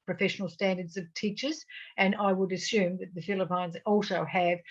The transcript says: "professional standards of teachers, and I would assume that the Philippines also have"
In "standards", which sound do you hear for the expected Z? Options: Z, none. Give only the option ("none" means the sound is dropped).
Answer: Z